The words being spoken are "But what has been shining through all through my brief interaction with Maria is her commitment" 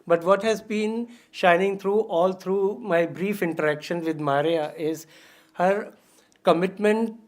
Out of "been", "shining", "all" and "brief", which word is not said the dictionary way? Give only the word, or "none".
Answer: none